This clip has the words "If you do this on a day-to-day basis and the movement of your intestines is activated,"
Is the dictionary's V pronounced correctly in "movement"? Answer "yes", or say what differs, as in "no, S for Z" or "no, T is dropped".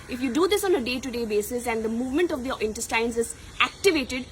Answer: yes